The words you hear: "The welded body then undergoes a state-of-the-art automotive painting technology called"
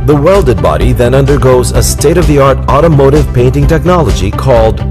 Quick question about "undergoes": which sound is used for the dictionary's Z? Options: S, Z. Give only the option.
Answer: Z